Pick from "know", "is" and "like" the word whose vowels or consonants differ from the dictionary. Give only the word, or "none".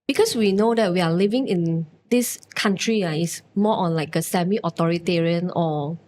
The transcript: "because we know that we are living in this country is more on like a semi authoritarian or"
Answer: is